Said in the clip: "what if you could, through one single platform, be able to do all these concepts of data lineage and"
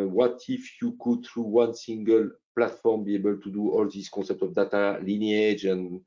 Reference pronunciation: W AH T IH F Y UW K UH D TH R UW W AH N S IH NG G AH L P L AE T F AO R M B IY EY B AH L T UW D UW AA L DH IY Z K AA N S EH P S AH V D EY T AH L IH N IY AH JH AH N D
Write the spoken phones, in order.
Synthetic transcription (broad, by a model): W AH T IH F Y UW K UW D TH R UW W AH N S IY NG G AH L P L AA T F AO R M B IY EY B AH L T UW D UW AA L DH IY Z K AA S EH P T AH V D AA T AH L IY N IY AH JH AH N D